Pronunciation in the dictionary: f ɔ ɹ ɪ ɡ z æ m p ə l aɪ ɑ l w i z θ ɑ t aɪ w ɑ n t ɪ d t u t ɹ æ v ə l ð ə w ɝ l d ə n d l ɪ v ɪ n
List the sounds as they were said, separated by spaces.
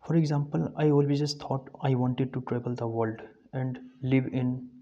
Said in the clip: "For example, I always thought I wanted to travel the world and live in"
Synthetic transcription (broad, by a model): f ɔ ɹ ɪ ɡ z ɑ m p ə l aɪ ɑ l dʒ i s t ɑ t aɪ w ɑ n t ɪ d t u t ɹ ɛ b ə l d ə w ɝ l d ə n d l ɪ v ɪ n